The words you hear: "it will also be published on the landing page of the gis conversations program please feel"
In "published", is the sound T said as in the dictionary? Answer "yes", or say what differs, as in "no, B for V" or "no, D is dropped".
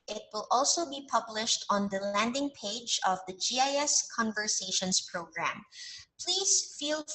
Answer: yes